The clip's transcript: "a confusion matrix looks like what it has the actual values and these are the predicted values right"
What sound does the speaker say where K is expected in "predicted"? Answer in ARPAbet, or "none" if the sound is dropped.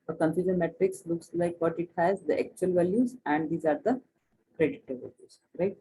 none